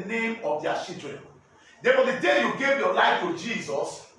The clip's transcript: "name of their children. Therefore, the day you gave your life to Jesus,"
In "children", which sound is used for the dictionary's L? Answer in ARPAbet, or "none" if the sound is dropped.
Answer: none